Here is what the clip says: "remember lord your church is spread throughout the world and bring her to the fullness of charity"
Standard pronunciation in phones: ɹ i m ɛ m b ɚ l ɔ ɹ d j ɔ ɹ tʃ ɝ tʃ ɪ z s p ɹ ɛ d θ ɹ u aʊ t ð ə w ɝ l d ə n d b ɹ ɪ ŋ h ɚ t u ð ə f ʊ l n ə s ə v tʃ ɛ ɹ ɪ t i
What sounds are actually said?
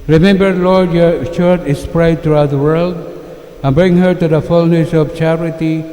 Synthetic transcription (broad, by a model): ɹ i m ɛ m b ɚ l ɔ ɹ d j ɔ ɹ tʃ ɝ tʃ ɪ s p ɹ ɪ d t ɹ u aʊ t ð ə w ɝ l d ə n b ɹ ɪ ŋ h ɚ t u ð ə f ʊ l n ə s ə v tʃ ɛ ɹ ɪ t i